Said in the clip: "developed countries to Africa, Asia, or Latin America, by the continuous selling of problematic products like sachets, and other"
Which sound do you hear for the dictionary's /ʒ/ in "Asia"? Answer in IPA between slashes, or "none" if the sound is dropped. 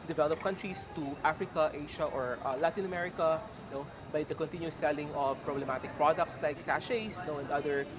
/ʃ/